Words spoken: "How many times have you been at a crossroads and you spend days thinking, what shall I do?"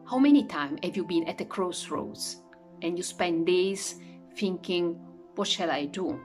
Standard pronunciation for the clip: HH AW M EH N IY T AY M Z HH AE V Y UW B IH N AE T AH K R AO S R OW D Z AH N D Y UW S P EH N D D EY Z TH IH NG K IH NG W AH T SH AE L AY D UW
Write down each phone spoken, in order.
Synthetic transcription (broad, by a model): HH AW M EH N IY T AY M HH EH V Y UW B IH N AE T AH K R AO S R OW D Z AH N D Y UW S P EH N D D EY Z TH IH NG K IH NG W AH T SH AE L AY D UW